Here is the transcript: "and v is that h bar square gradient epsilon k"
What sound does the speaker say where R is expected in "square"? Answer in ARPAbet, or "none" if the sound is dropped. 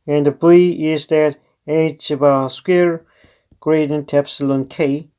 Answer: R